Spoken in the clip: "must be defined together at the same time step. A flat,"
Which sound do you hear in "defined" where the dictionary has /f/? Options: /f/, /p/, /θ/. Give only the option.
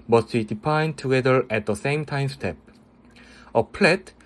/p/